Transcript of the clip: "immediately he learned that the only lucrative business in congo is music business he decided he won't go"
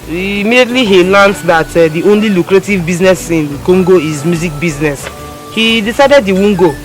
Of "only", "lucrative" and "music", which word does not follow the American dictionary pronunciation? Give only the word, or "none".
none